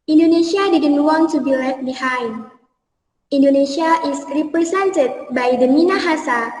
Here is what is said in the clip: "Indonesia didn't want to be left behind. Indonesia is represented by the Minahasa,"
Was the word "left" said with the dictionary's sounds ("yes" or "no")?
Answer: no